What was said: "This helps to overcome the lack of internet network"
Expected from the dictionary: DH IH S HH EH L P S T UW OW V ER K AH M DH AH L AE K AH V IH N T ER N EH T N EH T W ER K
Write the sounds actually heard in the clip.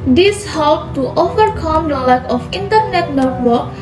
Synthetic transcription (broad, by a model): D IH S HH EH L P T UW OW V ER K AH M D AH L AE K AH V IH N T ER N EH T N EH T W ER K